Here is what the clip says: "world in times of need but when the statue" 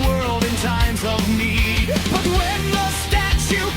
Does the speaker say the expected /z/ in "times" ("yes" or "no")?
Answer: yes